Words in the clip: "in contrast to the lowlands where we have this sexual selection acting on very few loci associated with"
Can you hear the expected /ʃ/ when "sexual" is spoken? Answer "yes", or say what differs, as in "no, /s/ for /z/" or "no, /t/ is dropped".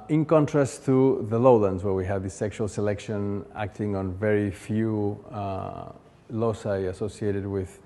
yes